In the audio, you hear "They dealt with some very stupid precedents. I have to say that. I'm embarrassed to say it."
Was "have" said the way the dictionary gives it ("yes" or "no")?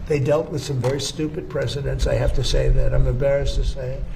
no